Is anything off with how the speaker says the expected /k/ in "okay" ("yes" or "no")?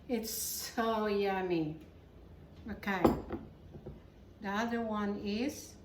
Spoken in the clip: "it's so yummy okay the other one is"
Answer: no